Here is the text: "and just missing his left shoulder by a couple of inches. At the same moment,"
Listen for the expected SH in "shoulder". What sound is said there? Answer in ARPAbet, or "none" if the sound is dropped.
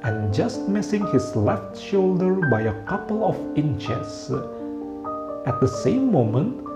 SH